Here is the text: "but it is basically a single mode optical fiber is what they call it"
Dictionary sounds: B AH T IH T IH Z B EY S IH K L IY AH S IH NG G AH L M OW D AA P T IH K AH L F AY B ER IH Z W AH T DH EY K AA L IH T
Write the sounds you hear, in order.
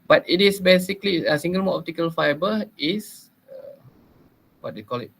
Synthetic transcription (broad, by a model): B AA T IH T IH S B EY S IH K L IY AH S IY NG G AH L M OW AA P T IH K AH L F AY B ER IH S W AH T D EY K AA L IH T